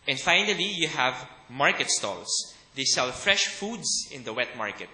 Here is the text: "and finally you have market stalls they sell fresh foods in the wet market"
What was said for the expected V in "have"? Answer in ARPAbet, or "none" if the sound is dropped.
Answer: V